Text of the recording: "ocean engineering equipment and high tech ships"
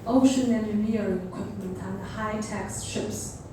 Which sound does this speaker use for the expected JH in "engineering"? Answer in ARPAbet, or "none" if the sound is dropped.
none